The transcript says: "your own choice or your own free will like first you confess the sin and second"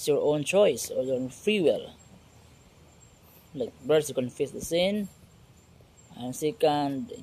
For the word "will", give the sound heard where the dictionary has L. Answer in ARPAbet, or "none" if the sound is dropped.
L